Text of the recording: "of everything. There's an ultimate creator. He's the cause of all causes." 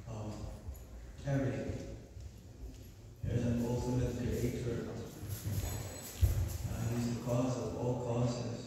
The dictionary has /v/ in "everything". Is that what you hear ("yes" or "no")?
no